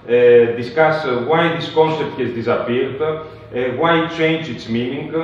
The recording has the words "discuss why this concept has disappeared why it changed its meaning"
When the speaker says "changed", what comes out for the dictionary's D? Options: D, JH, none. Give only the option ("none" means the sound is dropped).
none